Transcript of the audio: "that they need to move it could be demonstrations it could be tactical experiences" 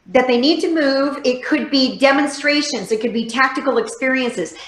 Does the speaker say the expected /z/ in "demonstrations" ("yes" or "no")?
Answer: yes